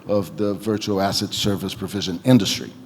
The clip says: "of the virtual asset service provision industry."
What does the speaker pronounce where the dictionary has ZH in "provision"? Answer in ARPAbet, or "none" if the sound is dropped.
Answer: ZH